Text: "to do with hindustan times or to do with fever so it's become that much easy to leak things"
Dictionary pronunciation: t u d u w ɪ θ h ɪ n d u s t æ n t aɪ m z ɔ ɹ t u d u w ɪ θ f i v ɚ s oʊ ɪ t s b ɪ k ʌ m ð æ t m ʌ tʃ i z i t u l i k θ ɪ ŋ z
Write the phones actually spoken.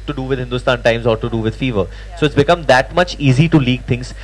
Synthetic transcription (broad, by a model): t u d u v ɪ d h ɪ n d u s t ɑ n t aɪ m z ɔ ɹ t u d u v ɪ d f i v ɚ s oʊ ɪ t s b ɪ k ʌ m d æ t m ʌ tʃ i z i t u l i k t ɪ ŋ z